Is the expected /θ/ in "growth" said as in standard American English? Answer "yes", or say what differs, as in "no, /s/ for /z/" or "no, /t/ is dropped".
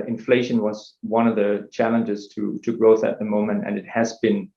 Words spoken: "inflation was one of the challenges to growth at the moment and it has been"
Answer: yes